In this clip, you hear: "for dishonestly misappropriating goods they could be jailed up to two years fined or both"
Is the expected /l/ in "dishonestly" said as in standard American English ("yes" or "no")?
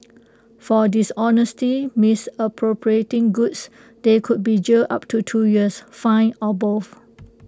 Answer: no